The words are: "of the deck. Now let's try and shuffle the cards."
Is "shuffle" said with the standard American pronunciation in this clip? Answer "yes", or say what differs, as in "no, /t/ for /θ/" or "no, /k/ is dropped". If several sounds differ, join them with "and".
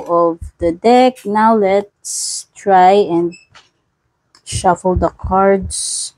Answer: yes